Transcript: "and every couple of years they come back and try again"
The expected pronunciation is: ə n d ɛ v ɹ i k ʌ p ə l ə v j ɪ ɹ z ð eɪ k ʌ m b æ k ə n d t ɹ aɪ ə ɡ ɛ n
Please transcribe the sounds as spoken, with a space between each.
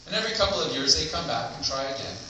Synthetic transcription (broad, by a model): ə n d ɛ v ɹ i k ʌ p l ə v j ɪ ɹ z ð eɪ k ʌ m b æ k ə n t ɹ aɪ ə ɡ ɛ n